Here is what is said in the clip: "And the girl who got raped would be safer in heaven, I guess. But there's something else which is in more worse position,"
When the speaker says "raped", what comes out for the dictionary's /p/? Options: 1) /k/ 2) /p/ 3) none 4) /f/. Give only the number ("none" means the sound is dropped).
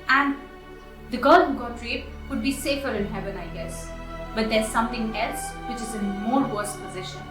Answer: 3